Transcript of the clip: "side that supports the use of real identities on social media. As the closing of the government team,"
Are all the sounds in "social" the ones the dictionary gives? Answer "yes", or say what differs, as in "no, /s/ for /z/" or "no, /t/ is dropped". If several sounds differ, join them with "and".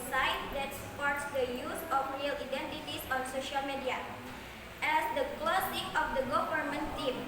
yes